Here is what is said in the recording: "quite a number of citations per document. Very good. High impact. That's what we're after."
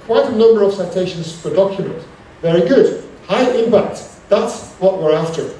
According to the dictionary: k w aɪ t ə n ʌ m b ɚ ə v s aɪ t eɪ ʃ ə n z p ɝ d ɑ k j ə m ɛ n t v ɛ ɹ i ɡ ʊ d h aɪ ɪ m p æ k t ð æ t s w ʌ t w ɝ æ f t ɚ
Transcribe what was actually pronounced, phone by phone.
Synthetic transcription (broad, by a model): k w aɪ t ə n ʌ m b ɚ ə v s aɪ t eɪ ʃ ə n z f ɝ d ɑ k j ə m ɛ n t v ɛ ɹ i ɡ ʊ d h aɪ ɪ m p æ k t ð æ t s w ʌ t w ɝ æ f t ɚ